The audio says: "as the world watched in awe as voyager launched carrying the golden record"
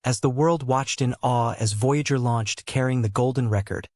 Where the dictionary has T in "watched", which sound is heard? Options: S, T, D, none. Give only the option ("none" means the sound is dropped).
T